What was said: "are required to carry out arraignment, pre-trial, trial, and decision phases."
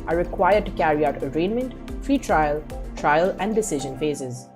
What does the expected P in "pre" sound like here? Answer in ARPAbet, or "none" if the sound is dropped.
F